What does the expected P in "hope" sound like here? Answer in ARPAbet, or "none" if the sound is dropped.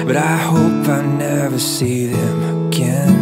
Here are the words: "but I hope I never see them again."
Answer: P